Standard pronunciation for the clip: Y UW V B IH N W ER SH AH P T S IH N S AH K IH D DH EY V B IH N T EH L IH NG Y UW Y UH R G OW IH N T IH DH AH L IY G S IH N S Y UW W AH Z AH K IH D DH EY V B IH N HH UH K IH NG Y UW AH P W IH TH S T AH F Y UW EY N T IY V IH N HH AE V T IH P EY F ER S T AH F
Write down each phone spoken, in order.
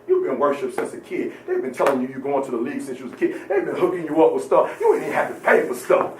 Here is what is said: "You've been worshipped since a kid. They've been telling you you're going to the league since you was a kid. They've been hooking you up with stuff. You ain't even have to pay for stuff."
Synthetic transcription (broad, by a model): Y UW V B IH N W ER SH AH P T S IH N S AH K IH D DH EY V B IH N T EH L IH NG Y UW Y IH G OW IH N T IH DH AH L IY G S IH N S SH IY W AH Z AH K IH D DH EY V B IH N HH UH K IH NG Y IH AH P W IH S T AH F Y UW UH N IY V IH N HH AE F T IH P EY F ER S T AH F